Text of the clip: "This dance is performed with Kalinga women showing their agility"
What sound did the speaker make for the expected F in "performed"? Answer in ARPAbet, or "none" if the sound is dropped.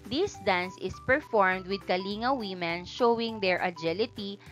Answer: F